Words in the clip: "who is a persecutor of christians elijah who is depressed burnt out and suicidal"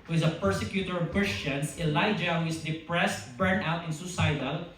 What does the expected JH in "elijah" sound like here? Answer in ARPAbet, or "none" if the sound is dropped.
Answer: JH